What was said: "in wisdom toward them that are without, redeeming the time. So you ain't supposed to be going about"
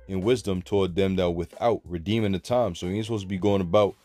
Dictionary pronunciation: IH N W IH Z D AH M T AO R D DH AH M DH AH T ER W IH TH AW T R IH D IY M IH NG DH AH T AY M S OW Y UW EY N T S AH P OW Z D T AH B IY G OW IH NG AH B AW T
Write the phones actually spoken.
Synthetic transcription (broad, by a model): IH N W IH Z D AH M T AO R D DH AH M DH AH T W IH TH AW T R IH D IY M IH NG DH AH T AY M S OW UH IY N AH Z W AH B IY G OW IH NG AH B AW T